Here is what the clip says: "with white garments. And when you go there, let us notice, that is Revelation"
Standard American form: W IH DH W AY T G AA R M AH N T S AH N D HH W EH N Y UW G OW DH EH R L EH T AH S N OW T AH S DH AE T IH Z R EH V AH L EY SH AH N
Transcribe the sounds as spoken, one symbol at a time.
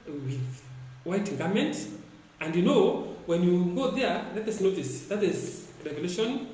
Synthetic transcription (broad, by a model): W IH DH W AY T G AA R M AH N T AH N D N W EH N Y UW G OW DH EH R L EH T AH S N OW T AH S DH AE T IH Z R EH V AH L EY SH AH N